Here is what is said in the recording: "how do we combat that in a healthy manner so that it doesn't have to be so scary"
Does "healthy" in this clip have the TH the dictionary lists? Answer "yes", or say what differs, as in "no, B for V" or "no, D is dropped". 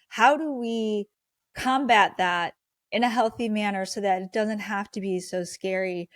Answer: yes